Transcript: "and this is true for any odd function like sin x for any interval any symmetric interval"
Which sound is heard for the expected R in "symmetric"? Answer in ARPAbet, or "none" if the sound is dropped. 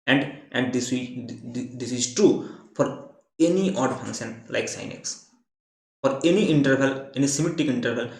none